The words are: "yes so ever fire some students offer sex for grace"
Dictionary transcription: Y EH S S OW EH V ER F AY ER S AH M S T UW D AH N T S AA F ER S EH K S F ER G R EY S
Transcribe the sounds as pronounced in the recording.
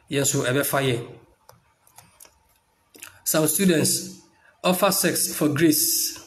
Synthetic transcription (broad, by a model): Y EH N S OW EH B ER F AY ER S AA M S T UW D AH N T S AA F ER S EH K S F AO G R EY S